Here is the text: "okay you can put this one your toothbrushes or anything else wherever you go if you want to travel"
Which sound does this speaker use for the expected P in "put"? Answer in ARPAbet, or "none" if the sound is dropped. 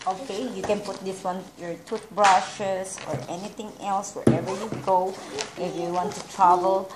P